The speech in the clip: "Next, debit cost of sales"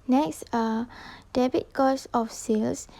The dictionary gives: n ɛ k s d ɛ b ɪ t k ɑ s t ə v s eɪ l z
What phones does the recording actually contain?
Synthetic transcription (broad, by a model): n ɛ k s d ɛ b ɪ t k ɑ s ə f s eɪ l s